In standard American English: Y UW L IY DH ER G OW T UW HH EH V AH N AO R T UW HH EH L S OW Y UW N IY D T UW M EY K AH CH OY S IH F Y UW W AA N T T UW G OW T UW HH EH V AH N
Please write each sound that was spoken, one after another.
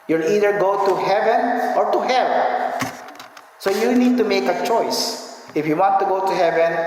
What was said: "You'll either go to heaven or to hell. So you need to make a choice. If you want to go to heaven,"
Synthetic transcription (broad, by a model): Y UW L IY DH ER G OW T UW HH EH V AH N AO R T UW HH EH N S OW Y UW N IY D T UW M EY K AH CH OY S IH F Y UW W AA N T T UW G OW T UW HH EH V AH N